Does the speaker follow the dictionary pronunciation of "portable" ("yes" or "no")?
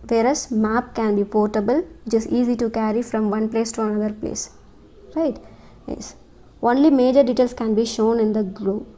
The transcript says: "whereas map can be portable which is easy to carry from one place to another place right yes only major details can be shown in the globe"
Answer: yes